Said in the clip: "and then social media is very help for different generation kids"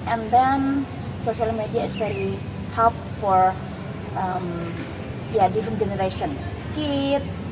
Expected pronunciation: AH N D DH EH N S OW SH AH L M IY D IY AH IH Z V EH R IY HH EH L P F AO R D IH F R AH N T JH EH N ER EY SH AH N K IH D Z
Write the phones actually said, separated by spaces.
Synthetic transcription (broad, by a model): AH N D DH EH N S OW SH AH L M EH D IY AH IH S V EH R IY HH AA P F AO R D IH F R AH N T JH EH N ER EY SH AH N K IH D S